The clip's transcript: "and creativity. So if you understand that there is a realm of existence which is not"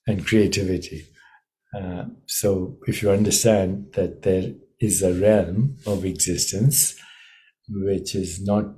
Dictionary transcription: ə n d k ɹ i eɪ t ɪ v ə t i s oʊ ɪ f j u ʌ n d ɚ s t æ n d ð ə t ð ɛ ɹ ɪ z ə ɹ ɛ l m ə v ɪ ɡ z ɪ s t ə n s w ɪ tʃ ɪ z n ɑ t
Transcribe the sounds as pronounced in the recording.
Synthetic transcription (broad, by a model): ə n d k ɹ i eɪ t ɪ v ə t i s oʊ ɪ f j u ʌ n d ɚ s t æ n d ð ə t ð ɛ ɹ ɪ z ə ɹ ɛ l m ə v ɪ ɡ z ɪ s t ə n s w ɪ tʃ ɪ z n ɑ t